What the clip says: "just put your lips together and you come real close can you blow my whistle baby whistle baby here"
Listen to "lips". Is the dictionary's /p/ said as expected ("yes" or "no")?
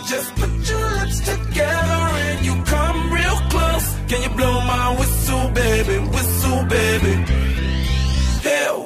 no